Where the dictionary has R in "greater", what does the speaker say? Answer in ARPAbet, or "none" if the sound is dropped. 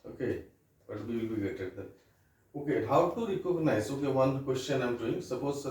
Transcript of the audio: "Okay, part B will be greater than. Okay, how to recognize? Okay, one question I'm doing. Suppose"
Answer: none